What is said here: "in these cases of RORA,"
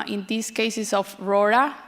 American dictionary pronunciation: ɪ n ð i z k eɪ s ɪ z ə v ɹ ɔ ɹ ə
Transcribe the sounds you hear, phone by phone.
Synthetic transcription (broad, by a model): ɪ n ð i s k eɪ s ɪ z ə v ɹ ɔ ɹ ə